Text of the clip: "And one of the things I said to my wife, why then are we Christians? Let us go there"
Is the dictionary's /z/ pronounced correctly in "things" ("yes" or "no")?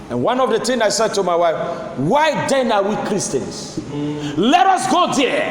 no